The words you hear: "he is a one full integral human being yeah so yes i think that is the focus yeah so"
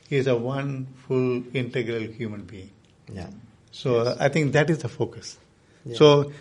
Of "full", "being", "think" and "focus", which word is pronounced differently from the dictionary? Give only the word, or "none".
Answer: think